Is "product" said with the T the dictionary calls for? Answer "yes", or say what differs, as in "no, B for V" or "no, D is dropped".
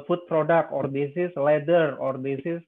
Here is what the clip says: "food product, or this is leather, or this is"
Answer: no, T is dropped